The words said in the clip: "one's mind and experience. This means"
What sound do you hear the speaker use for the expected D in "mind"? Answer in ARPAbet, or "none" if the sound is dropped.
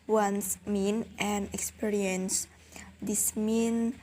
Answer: none